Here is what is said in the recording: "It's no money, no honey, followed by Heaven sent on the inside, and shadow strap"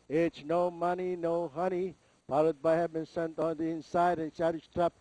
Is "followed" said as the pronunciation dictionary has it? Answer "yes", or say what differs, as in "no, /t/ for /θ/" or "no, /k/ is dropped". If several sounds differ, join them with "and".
no, /p/ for /f/